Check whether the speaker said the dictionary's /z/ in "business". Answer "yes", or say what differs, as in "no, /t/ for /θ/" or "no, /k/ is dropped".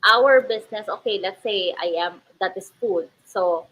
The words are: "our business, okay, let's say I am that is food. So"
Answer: no, /s/ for /z/